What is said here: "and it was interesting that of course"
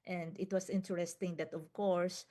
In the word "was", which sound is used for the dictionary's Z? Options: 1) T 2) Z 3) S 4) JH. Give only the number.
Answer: 3